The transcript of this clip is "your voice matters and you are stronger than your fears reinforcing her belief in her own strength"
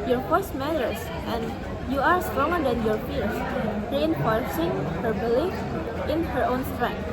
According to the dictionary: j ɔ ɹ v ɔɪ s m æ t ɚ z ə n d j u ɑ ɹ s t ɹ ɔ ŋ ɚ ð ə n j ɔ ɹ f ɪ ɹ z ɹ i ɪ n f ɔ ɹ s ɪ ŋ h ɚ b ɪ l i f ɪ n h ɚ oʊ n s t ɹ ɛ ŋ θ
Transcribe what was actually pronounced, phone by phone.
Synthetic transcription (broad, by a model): j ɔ ɹ f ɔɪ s m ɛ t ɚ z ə n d j u ɑ ɹ s t ɹ ɔ ŋ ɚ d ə n j ɔ ɹ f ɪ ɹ s ɹ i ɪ n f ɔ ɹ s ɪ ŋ h ɚ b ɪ l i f ɪ n h ɚ oʊ n s t ɹ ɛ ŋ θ